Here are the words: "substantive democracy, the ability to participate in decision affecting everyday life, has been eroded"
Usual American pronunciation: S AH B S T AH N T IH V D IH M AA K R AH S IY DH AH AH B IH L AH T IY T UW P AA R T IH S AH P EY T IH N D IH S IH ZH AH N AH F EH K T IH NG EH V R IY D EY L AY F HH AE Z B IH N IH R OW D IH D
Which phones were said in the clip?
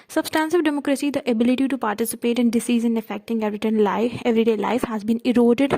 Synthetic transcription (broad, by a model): S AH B S T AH N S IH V D IH M AA K R AH S IY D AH AH B IH L AH T IY T UW P AA R T IH S AH P EY T IH N D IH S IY Z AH N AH F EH K T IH NG EH V R IY D EY L AY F HH AE Z B IH N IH R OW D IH D